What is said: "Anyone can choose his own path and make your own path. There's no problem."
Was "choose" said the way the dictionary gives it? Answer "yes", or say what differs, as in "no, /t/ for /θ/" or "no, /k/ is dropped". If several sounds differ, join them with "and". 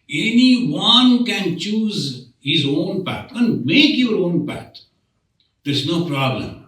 yes